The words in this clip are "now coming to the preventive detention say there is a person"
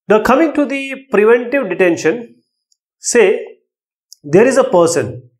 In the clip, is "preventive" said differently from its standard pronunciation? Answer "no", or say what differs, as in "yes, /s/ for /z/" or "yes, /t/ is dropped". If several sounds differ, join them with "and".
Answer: no